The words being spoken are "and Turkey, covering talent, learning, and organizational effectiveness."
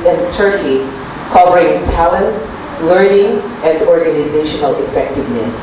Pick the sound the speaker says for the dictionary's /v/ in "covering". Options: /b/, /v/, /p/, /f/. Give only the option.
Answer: /p/